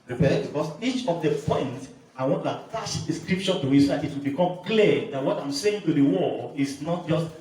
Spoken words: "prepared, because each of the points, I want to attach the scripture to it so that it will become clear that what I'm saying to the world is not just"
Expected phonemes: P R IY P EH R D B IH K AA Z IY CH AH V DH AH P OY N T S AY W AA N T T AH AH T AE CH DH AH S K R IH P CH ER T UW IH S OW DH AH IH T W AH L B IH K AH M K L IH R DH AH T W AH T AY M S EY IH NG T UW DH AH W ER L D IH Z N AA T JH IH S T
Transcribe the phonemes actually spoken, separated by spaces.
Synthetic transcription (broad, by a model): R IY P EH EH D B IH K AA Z IY CH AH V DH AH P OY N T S AY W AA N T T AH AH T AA SH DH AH S K R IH P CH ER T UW IH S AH IH T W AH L B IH K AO M K L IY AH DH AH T W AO T AY M S EY IH NG T UW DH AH W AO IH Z N AA T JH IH S T